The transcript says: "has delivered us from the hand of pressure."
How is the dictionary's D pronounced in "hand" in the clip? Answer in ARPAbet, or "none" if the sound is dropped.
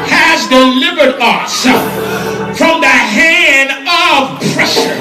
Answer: D